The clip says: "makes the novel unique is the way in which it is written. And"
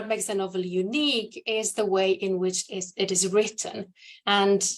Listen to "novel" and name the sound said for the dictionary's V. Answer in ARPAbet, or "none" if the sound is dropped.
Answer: V